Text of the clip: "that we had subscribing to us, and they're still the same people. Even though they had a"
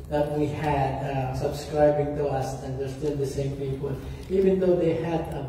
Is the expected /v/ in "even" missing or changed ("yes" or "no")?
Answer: no